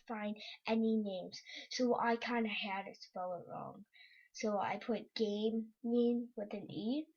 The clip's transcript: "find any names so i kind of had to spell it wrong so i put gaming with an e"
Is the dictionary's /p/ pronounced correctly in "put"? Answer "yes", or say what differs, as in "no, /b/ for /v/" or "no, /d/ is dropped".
yes